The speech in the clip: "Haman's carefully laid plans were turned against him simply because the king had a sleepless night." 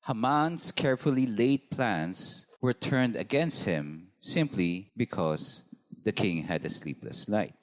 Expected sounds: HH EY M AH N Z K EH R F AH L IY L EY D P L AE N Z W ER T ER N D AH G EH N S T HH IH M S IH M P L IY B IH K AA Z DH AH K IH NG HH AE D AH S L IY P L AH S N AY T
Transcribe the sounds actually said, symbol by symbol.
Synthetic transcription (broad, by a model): HH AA M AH N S K EH R F AH L IY L EY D P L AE N S W ER T ER N D AH G EH N S T HH IH M S IH M P L IY B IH K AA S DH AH K IH NG HH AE D AH S L IY P L AH S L AY T